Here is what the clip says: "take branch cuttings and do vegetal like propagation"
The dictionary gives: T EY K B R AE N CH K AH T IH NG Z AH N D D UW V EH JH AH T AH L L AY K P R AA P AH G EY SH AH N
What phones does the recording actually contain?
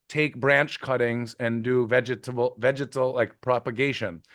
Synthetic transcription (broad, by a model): T EY K B R AE N CH K AH T IH NG Z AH N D D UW V EH JH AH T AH L L AY K P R AA P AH G EY SH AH N